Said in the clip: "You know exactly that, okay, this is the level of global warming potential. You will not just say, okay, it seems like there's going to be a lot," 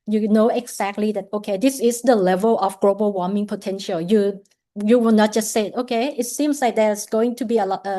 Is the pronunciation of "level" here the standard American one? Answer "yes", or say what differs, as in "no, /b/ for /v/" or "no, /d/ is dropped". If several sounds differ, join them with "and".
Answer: yes